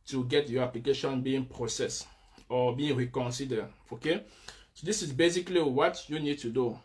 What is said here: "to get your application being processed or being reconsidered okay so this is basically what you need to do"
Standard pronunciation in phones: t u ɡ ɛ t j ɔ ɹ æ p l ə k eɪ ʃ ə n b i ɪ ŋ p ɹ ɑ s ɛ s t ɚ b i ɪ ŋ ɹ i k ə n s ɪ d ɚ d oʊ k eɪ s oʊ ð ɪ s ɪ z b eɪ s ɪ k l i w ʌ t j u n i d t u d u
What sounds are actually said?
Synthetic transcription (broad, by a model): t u ɡ ɛ t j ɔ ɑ p l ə k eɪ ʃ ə n b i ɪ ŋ p ɹ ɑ s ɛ s ɔ b i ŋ ɹ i k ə n s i d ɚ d oʊ k eɪ s oʊ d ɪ s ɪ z b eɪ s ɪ k l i w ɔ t j u n i d t u d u